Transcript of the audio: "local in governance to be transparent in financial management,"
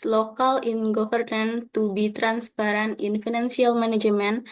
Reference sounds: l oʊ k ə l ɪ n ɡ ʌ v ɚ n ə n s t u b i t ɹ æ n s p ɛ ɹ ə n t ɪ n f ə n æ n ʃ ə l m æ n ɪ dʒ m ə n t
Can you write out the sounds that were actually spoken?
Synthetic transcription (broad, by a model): l oʊ k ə l ɪ n ɡ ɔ f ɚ n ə n t u b i t ɹ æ n s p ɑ ɹ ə n ɪ n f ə n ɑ n s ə l m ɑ n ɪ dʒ m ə n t